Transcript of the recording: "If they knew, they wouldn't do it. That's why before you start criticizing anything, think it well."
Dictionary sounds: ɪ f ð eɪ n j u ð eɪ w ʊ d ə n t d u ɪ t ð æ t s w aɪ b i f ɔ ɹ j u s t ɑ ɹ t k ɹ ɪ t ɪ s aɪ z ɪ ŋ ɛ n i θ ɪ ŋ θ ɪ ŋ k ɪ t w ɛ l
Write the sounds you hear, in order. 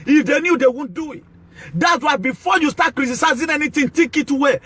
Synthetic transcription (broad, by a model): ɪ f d eɪ n j u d eɪ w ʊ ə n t d u ɪ t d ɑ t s w aɪ b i f ɔ j u s t ɑ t k ɹ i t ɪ s aɪ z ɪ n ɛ n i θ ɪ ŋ t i k ɪ t w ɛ